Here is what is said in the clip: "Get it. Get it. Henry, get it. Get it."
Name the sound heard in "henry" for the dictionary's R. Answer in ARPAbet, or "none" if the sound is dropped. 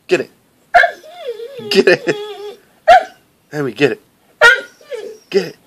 W